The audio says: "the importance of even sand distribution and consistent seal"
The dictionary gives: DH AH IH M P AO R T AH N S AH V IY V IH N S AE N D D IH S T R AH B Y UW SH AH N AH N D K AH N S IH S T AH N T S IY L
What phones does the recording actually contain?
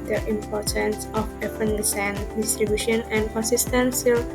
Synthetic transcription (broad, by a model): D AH IH M P AO R T AH N S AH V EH P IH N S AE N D D IH S T R AH B Y UW SH AH N AH N D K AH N S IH S T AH N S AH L